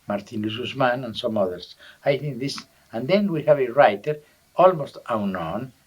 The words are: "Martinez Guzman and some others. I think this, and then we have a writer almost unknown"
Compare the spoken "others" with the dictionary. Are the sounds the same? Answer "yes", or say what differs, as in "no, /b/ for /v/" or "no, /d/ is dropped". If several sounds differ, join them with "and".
no, /s/ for /z/